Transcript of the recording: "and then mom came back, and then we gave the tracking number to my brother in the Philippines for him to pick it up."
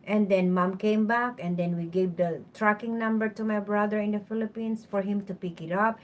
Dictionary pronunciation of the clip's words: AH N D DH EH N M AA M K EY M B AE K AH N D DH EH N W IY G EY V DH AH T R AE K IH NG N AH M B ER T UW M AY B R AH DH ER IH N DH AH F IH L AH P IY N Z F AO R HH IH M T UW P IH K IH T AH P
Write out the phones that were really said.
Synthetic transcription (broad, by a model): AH N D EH N M AA M K EY M B AE K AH N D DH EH N W IY G EY V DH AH T R AE K IH NG N AH M B ER T UW M AY B R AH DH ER IH N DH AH F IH L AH P IY N S F AO R HH IH M T UW P IH K IH T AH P